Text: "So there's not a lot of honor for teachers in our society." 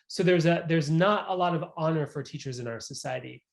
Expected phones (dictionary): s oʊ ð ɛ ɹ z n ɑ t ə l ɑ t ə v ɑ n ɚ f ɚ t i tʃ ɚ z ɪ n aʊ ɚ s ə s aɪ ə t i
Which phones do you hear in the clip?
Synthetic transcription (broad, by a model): s oʊ ð ɛ ɹ z n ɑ t ə l ɑ t ə v ɑ n ɚ f ɚ t i tʃ ɚ z ɪ n aʊ ɚ s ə s aɪ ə t i